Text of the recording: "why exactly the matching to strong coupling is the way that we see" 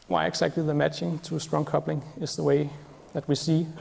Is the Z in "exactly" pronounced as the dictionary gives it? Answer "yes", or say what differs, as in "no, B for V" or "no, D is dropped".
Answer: no, S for Z